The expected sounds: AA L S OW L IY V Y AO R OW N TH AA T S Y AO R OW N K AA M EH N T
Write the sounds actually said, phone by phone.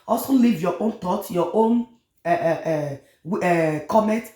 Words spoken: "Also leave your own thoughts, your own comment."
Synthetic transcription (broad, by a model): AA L S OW L IY V Y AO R OW N T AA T Y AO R OW N K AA M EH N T